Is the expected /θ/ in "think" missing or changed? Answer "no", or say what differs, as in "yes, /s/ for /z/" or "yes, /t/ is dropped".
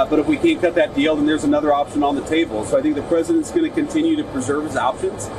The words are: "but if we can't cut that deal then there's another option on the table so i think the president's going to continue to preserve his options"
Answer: no